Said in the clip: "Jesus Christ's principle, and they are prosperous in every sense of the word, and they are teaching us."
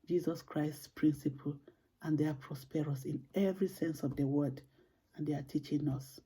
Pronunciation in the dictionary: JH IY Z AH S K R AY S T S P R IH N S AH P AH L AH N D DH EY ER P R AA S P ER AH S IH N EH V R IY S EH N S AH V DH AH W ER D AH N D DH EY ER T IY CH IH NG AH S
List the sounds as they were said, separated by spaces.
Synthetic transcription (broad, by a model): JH IY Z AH S K R AY S T S P R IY N S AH P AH L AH N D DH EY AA P R AA S P ER AH S IH N EH V R IY S EH N S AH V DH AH W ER D AH N D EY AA T IY CH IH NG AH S